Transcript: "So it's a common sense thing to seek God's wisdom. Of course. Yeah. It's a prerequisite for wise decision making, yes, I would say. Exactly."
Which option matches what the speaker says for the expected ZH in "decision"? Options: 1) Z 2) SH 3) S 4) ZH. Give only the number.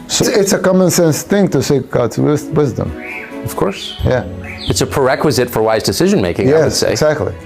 4